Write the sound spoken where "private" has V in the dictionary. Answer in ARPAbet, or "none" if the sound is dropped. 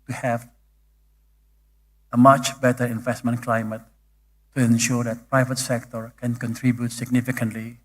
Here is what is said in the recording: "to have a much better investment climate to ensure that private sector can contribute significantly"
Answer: V